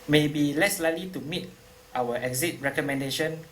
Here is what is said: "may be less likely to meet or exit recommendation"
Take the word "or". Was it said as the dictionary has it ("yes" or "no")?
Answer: no